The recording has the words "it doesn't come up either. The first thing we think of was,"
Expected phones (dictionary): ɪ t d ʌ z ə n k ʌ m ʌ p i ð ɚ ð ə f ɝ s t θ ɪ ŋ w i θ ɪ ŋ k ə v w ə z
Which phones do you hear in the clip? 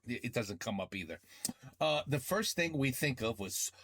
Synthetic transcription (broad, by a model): ɪ t d ʌ z ə n k ʌ m ʌ p i ð ɚ ð ə f ɝ s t θ ɪ ŋ w i θ ɪ ŋ k ə v w ə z